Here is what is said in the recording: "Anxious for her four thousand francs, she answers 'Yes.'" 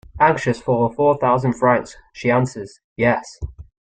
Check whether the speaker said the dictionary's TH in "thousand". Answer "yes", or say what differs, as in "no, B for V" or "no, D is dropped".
yes